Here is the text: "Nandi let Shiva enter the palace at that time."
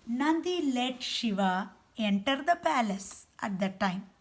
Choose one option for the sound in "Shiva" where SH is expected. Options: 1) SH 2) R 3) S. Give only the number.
1